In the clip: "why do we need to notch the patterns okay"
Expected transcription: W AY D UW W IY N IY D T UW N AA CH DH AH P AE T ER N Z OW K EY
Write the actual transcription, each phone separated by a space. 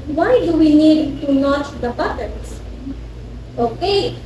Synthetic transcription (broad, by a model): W AY D UW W IY N IY D T UW N AA CH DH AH B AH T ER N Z OW K EY